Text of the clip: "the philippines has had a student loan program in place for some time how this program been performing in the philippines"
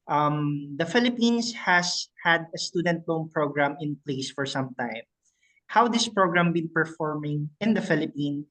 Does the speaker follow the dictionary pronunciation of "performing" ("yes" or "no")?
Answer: yes